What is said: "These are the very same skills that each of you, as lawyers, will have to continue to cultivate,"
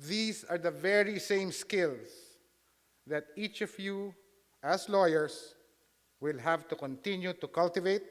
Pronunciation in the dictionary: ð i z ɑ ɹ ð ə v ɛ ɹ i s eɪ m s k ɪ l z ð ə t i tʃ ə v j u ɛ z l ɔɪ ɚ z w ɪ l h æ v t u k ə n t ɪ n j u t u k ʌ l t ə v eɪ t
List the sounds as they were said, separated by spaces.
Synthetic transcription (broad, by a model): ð i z ɑ ɹ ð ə v ɛ ɹ i s eɪ m s k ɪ l s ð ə t i tʃ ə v j u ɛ s l ɔɪ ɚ s w ɪ l h æ v t u k ə n t ɪ n j u t u k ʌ l t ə v eɪ t